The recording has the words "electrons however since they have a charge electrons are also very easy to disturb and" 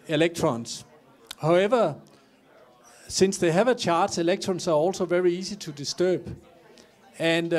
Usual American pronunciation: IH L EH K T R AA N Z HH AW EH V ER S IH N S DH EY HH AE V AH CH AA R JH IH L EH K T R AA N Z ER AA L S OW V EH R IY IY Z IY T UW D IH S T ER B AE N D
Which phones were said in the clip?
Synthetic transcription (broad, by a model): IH L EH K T R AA N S HH AW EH V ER S IH N S DH EY HH AE V AH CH AA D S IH L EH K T R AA N S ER AA L S OW V EH R IY IY S IY S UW D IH S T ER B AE N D